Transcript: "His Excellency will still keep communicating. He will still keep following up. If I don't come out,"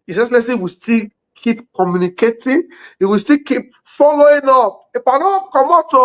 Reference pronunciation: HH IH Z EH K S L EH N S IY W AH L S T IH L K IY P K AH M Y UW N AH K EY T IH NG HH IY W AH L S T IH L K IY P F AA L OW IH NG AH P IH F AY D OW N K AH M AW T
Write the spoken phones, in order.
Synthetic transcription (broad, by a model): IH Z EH S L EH S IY W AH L S T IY L K IY P K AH M Y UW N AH K EY T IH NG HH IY W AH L S T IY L K IY P F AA L OW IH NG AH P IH P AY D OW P K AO M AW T